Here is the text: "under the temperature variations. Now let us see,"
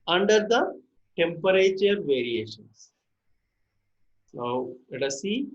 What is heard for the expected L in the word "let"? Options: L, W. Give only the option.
W